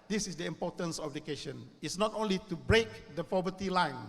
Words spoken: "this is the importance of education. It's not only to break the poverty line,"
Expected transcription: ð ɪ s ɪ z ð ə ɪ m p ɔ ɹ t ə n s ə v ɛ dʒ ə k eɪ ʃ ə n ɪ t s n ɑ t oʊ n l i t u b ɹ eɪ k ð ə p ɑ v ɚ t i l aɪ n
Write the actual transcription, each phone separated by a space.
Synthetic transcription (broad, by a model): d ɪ s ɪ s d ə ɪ m p ɔ t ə n s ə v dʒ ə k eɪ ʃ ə n ɪ t s n ɑ t oʊ n l i t u b ɹ eɪ k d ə f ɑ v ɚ t i l aɪ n